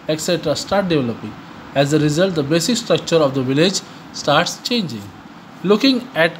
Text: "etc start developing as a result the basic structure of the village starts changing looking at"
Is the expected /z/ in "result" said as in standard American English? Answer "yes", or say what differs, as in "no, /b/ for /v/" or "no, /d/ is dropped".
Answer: yes